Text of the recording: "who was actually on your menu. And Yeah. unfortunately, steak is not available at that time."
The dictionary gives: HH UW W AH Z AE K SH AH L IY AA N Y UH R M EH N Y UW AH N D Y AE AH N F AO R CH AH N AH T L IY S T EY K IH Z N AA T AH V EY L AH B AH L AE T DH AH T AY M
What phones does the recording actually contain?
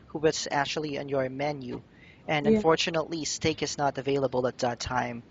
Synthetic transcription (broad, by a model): HH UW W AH S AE K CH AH L IY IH N Y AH R M EH N Y UW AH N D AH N F AO R CH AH N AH T L IY S T EY K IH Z N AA T AH V EY L AH B AH L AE T DH AH T AY M